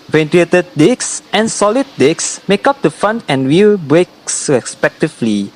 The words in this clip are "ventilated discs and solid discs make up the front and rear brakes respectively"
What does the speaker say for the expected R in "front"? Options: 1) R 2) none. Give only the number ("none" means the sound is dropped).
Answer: 2